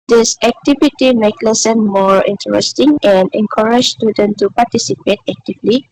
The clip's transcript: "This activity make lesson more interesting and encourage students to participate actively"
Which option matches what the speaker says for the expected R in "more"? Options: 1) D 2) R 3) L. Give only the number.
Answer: 2